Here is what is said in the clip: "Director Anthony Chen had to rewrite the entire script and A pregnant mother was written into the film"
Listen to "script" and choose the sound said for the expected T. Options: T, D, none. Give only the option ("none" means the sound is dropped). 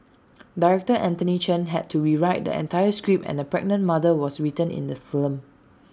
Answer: none